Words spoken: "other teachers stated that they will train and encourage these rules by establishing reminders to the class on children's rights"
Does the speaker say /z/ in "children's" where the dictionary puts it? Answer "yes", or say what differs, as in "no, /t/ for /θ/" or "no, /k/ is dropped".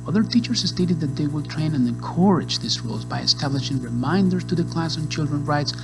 no, /z/ is dropped